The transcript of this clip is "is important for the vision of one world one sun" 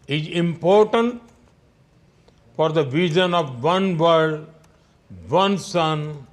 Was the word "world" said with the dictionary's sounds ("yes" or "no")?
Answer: no